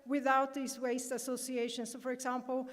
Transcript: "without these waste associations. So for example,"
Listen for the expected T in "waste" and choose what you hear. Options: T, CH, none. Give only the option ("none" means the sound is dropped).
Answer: T